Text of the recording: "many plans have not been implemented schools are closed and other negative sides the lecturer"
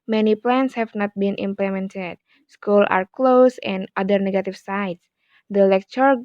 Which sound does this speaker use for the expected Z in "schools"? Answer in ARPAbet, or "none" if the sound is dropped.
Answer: none